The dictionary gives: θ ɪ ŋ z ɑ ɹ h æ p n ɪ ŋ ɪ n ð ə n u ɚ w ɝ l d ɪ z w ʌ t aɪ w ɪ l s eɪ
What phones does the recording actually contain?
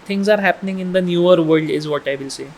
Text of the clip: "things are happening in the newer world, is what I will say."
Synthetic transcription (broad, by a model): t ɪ ŋ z ɑ ɹ h æ p n ɪ ŋ ɪ n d ə n u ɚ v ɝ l d ɪ z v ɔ t aɪ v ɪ l s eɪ